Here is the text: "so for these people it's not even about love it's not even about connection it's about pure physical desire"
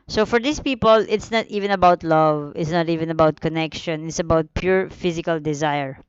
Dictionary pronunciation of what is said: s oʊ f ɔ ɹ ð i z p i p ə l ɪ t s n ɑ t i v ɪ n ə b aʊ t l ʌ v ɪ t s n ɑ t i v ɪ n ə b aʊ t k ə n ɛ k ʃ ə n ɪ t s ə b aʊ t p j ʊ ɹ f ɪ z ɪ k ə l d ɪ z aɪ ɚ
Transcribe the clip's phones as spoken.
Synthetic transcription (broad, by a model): s oʊ f ɔ ɹ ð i s p i p ə l ɪ t s n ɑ t i v ɪ n ə b aʊ t l ʌ v ɪ t s n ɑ t i v ɪ n ə b aʊ t k ə n ɛ k ʃ ə n ɪ t s ə b aʊ t p j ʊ ɹ f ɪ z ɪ k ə l d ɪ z aɪ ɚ